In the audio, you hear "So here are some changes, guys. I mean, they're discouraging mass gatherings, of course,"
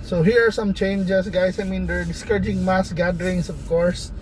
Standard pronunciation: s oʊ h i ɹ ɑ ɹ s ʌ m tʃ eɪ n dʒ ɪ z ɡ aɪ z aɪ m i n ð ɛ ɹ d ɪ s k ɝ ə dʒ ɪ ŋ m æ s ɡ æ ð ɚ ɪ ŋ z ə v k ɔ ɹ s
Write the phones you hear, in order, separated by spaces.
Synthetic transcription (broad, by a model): s oʊ h i ɹ ɑ ɹ s ʌ m tʃ eɪ n dʒ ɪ s ɡ aɪ s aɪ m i n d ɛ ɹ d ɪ s k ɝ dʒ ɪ ŋ m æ s ɡ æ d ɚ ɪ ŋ s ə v k ɔ ɹ s